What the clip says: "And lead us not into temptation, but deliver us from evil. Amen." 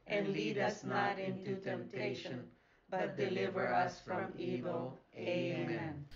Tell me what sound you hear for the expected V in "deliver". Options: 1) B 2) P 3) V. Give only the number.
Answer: 3